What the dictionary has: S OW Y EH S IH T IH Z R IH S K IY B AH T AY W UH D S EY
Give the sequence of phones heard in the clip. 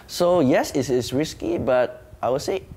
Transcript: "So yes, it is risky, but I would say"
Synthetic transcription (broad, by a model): S OW Y EH S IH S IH S R IH S K IY B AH T AY W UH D S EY